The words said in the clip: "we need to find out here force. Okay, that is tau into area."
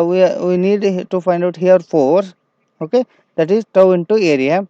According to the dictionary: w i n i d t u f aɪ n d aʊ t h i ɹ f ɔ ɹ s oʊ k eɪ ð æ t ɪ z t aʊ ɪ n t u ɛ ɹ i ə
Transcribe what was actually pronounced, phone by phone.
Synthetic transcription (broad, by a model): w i n i d t u f aɪ n d aʊ t h i ɹ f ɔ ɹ oʊ k eɪ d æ t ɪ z t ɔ ɪ n t u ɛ ɹ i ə